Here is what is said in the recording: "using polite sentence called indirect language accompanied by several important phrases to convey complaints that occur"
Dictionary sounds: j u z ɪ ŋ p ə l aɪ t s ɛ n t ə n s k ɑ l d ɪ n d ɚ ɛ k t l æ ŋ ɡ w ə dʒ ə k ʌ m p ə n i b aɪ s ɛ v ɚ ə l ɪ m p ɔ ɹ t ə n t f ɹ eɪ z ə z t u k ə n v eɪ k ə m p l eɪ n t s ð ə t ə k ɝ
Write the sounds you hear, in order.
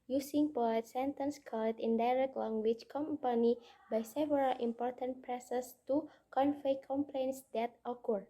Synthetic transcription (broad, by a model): j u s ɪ ŋ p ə aɪ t s ɛ n t ə n s k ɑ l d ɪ n d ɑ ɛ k t l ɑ ŋ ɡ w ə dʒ k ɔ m p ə n i b aɪ s ɛ v ɚ ə l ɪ m p ɔ ɹ t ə n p ɹ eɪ s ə s t u k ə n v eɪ k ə m p l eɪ n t s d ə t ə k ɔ